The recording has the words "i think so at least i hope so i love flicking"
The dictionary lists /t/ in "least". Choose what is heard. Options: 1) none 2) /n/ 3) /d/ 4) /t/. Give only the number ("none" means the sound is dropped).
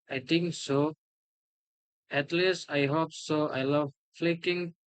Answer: 4